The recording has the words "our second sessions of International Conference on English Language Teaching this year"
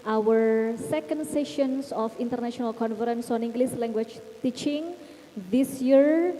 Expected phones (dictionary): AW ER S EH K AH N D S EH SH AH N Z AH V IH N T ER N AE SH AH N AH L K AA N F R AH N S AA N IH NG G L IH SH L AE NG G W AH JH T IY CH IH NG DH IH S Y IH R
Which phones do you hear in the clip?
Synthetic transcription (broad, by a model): AW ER S EH K AH N D S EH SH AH N S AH F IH N T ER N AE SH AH N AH L K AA N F R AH N S AA N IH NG G L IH S L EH NG G W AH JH T IY CH IH NG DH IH S Y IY R